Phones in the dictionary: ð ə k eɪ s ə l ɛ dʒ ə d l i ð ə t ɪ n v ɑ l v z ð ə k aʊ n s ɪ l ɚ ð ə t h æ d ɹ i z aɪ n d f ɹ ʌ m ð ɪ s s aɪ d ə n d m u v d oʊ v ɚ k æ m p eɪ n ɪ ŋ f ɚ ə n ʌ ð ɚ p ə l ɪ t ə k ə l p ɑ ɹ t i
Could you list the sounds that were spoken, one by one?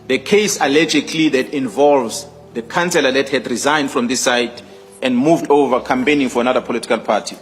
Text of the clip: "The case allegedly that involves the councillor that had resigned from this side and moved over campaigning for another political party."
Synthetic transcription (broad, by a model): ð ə k eɪ s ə l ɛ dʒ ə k l i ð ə t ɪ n v ɑ l v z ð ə k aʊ n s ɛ l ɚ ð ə t h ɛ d ɹ i z aɪ n d f ɹ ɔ m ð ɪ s s aɪ d ə n d m u v d oʊ v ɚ k æ m p eɪ n ɪ ŋ f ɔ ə n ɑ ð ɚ p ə l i t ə k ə l p ɑ t i